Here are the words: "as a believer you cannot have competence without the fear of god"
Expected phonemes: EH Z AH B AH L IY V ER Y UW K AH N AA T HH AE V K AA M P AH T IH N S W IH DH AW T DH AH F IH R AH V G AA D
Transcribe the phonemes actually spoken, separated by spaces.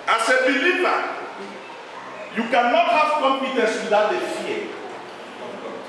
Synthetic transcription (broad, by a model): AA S AH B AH L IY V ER Y UW K AH N AA T HH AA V K AA M P AH T IH N S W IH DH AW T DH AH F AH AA